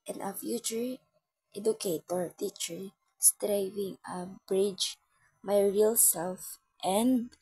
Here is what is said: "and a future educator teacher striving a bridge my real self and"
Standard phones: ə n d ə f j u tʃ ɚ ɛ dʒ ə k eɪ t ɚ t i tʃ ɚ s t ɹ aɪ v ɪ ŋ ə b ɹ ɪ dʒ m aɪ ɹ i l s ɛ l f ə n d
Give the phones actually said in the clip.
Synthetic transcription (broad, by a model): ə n ə f j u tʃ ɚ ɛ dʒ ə k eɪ t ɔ t i tʃ ɚ s t ɹ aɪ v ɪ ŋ ə b ɹ ɪ dʒ m aɪ ɹ i l s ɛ l f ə n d